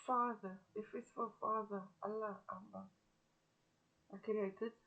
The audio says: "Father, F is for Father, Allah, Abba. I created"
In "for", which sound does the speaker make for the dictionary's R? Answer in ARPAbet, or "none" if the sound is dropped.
L